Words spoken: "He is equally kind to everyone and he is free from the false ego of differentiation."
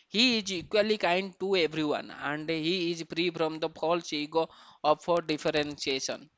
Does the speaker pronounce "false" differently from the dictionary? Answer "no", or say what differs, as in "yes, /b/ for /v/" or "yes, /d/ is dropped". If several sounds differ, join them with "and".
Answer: yes, /p/ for /f/